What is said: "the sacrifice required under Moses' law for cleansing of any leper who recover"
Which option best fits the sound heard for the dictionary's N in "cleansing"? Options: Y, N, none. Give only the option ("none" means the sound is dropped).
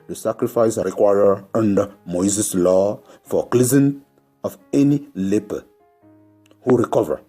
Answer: none